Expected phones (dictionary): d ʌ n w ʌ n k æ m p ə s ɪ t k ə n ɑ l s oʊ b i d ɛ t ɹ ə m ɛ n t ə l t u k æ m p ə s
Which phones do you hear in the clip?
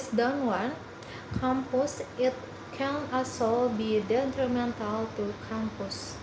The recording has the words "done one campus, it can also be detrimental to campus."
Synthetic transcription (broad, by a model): d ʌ n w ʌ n k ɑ m p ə s ɪ t k ə n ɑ s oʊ b i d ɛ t ɹ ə m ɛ n t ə l t u k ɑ m p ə s